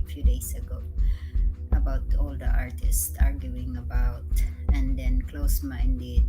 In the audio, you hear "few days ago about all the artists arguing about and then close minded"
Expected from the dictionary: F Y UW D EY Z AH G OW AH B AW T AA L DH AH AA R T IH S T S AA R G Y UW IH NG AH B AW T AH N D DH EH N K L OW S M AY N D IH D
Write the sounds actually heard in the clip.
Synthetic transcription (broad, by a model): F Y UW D EY S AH G OW AH B AW T AA L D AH AA R T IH S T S AA R G Y UW IH NG AH B AW T AH N D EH N K L OW S M AY N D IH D